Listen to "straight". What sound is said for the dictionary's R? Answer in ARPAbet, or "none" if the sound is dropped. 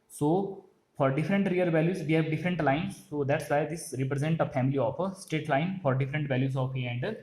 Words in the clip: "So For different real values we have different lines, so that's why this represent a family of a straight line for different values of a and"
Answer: none